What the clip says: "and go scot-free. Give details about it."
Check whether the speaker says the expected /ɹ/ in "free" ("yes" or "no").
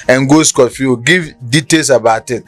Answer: no